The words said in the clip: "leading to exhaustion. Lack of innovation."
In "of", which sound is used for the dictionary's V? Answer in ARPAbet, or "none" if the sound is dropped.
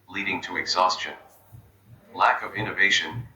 V